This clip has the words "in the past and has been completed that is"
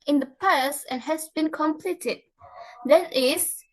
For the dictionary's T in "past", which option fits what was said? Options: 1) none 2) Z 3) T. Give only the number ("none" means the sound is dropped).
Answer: 1